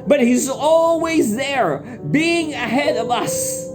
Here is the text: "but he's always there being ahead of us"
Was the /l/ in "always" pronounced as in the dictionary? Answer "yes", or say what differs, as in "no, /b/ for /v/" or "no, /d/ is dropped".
yes